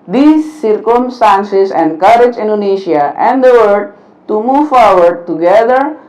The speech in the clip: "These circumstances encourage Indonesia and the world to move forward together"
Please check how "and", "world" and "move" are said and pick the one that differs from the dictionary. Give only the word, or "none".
world